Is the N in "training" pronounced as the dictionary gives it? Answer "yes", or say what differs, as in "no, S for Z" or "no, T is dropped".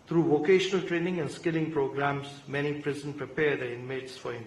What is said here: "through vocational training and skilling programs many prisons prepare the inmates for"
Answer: yes